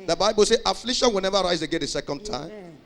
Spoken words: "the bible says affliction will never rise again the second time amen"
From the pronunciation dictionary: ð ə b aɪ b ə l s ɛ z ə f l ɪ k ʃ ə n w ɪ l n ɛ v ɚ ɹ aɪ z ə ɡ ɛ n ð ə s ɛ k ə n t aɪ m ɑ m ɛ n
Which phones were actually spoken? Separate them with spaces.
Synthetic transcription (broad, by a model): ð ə b aɪ b ə l s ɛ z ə f l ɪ ʃ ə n w ɪ l n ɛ v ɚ ɹ aɪ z ə ɡ ɛ n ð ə s ɛ k ə n t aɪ ɑ m